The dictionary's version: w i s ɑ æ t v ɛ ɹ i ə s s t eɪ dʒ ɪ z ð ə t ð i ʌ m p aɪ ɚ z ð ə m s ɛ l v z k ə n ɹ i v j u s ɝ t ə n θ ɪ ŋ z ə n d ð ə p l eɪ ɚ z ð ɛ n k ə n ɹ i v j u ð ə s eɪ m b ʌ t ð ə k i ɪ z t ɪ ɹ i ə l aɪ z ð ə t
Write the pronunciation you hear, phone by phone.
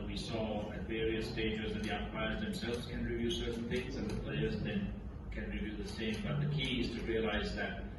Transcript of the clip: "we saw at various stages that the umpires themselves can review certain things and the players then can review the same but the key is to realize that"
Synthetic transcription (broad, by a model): w i s ɑ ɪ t v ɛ ɹ i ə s s t eɪ dʒ ɪ z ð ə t ð i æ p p aɪ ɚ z ð ə m s ɛ l v z k ə n ɹ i v j u s ɝ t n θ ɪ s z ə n ð ə p l eɪ ɚ z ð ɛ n k ə n ɹ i v j u ð ə s eɪ m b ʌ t ð ə k i ɪ z t ɪ ɹ i ə l aɪ z ð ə t